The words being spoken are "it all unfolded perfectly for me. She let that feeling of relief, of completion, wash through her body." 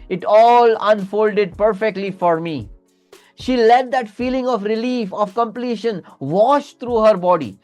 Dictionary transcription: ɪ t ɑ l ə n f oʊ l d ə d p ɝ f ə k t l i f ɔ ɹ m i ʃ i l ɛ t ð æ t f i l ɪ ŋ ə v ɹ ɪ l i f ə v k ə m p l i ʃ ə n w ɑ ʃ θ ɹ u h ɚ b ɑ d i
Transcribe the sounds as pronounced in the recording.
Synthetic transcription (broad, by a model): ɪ t ɑ l ə n f oʊ l d ə d p ɝ f ə k t l i f ɔ ɹ m i ʃ i l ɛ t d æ t f i l ɪ ŋ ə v ɹ ɪ l i f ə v k ə m p l i ʃ ə n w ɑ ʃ t ɹ u h ɚ b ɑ d i